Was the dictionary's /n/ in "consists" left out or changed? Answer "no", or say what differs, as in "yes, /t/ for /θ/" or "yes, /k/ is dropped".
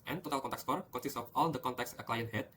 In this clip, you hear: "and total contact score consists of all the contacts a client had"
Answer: yes, /n/ is dropped